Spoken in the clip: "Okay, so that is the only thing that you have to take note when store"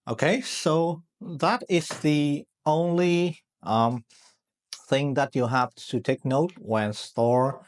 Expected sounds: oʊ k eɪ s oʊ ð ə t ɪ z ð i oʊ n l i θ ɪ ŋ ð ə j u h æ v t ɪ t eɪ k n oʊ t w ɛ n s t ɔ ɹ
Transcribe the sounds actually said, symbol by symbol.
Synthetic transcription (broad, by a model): oʊ k eɪ s oʊ ð ə t ɪ z ð i oʊ n l i θ ɪ ŋ ð ə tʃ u h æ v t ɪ t eɪ k n oʊ t w ɛ n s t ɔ ɹ